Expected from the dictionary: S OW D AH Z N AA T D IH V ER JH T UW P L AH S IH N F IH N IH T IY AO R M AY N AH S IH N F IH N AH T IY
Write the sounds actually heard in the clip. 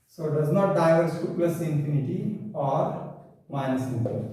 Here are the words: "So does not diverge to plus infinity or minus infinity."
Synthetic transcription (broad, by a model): S OW D AH Z N AA T D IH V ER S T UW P AH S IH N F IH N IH T IY AO R M AY N AH S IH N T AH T